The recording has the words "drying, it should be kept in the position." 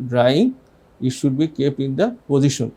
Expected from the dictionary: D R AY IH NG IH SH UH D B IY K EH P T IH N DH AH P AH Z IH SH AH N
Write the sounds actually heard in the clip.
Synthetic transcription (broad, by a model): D R AY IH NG IH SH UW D B IY K EH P IH N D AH P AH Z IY SH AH N